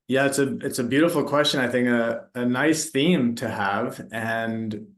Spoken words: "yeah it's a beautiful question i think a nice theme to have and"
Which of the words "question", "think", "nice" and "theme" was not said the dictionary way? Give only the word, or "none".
none